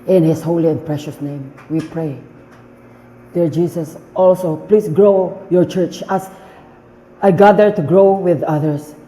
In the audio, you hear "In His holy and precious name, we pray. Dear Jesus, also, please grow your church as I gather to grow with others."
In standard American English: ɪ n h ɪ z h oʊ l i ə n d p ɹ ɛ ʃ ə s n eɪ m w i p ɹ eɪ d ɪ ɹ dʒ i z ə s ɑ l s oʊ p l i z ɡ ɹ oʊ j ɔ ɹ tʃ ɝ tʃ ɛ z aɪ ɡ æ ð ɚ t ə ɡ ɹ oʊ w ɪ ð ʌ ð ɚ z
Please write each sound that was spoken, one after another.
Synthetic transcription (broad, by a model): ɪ n h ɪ s h oʊ l i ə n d p ɹ ɛ ʃ ə s n eɪ m w i p ɹ eɪ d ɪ ɹ dʒ i s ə s ɑ l s oʊ p l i s ɡ ɹ oʊ j ɔ ɹ tʃ ɝ tʃ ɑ s aɪ ɡ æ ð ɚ t ə ɡ ɹ oʊ w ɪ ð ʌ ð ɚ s